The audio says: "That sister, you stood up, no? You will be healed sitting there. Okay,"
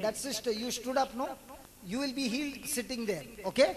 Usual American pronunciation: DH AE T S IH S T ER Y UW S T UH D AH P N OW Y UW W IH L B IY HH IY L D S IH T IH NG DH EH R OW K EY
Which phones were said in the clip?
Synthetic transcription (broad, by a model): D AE T S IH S T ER Y UW S T UH D AH P N OW Y UW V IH L B IY HH IY L D S IH T IH NG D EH R OW K EY